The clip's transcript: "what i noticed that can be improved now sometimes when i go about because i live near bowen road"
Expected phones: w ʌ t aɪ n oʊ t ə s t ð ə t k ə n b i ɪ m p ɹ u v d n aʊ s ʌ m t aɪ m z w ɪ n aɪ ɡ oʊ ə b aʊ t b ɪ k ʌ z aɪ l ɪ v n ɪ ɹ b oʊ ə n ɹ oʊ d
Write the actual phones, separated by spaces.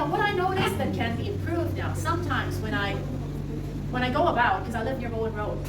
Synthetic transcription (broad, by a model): w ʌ t aɪ n oʊ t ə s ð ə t k ə n b i ɪ m p ɹ u v d n aʊ s ʌ m t aɪ m z w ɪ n aɪ ɡ oʊ ə b aʊ t k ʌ z aɪ l ɪ v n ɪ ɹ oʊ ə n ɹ oʊ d